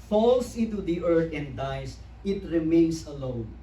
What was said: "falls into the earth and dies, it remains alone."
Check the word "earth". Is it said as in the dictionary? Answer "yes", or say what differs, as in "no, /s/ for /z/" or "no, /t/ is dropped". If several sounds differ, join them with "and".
no, /t/ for /θ/